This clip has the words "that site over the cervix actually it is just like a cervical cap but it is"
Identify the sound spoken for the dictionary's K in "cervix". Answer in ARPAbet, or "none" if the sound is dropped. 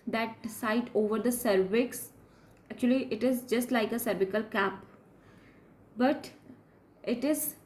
K